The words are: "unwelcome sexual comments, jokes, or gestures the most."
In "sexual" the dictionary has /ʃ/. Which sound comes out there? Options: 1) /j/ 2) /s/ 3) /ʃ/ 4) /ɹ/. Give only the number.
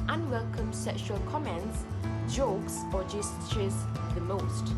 3